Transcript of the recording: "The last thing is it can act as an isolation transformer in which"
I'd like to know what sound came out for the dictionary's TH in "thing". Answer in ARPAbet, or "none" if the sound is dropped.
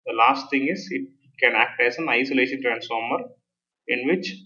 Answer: T